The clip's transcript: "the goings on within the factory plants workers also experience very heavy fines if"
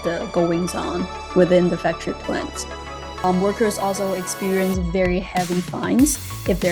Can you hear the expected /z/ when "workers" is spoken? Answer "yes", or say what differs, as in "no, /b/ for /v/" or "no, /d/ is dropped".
yes